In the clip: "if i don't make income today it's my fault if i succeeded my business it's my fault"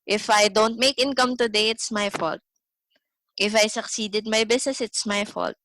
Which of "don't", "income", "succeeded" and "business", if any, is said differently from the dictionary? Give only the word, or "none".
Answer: business